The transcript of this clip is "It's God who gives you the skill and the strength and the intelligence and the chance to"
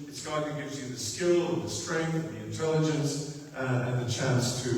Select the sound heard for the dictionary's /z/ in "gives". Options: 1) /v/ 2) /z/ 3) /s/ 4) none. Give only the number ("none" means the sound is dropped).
2